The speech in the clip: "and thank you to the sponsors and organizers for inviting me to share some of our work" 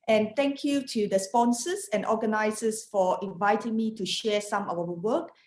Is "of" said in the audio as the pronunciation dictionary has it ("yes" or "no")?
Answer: no